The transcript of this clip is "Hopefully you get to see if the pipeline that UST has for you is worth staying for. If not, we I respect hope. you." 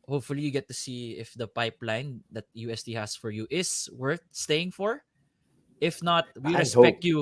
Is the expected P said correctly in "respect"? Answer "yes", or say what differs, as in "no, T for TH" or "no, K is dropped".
no, P is dropped